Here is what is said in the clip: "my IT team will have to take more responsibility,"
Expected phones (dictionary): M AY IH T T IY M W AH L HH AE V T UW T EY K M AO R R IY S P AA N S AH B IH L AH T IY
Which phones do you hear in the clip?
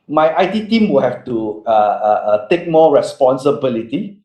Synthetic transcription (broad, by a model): M AY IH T T IY M W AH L HH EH F T UW T EY K M AO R R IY S P AA N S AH B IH L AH T IY